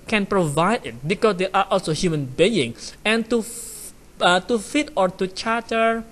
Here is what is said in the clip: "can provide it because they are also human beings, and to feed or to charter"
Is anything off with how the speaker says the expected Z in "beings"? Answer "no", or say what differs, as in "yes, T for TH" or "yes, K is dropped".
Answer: yes, Z is dropped